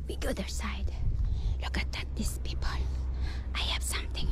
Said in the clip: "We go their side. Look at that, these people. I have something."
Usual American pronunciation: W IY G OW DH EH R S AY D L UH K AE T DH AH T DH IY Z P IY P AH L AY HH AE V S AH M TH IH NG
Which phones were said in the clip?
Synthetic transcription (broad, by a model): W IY G OW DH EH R S AY D L UH K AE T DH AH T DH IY S P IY P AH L AY HH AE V S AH M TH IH NG